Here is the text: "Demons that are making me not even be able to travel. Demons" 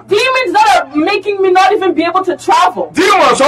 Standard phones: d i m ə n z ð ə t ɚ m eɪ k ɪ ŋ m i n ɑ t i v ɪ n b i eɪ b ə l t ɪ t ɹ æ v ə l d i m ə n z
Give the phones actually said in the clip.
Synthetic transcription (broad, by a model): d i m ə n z ð ə t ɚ m eɪ k ɪ ŋ m i n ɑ t i v ɪ n b i eɪ b l t ɪ t ɹ æ v ə l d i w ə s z